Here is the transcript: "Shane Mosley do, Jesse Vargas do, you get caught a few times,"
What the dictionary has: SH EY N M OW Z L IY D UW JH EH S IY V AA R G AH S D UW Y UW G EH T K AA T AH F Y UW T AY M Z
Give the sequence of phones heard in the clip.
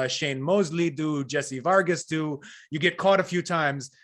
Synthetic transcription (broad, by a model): SH EY N M OW Z L IY D UW JH EH S IY V AA R G AH S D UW Y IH G EH T K AA T AH F Y UW T AY M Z